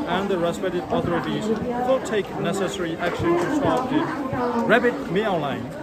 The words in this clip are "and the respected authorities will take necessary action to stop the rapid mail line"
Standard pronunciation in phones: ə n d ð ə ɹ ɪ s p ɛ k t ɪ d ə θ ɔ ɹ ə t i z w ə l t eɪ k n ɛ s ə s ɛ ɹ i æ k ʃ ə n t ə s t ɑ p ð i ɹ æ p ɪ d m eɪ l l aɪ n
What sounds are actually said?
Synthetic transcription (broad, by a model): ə n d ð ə ɹ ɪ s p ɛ t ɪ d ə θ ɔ ɹ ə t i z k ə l t eɪ k n ɛ s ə s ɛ ɹ i æ k ʃ ə n t ə s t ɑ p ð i ɹ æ b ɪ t m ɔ n l aɪ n